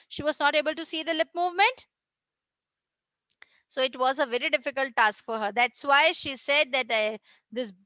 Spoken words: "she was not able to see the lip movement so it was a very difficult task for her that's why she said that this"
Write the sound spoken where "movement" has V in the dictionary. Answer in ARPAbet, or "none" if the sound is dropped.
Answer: V